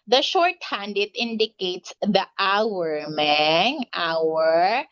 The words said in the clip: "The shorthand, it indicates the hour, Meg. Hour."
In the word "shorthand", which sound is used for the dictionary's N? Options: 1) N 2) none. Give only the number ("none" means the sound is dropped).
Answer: 1